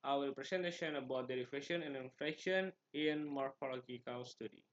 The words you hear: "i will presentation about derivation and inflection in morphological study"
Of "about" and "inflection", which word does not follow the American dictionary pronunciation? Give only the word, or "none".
inflection